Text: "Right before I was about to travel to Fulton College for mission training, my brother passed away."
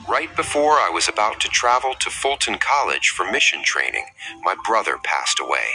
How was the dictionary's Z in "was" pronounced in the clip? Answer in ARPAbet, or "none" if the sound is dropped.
Z